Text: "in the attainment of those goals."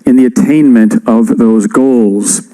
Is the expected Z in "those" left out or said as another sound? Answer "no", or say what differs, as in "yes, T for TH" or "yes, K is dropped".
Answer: no